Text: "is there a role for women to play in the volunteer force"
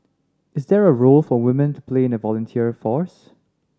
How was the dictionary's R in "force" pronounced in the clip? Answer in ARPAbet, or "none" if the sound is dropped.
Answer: R